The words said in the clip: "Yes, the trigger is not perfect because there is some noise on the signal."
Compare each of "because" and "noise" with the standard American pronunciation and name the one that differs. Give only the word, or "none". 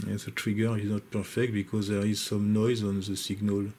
none